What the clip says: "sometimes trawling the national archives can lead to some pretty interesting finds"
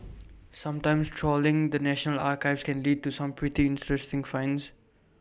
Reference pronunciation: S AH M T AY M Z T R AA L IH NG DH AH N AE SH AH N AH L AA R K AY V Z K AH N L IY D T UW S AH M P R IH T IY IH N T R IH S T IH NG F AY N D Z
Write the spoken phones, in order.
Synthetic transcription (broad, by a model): S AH M T AY M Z T R AA L IH NG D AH N AE SH AH N AH L AA R K AY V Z K AH N L IY D T UW S AH M P R IH T IY IH N T R IH S T IH NG F AY N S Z